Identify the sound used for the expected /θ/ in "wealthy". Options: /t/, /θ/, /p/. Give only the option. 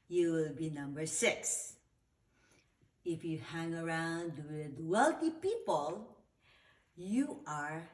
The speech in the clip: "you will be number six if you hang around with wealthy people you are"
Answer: /t/